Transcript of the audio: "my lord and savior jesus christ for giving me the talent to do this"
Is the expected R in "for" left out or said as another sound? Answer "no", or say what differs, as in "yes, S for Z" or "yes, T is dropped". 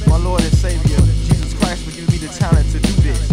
yes, L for R